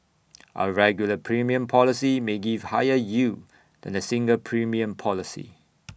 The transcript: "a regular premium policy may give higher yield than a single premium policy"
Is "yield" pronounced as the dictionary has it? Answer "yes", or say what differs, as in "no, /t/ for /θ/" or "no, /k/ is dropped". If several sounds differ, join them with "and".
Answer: no, /l/ is dropped